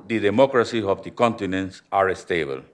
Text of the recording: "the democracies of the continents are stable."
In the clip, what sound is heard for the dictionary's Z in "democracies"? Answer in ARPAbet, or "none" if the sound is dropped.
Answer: none